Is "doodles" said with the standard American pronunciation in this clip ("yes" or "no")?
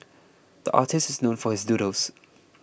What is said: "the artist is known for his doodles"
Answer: no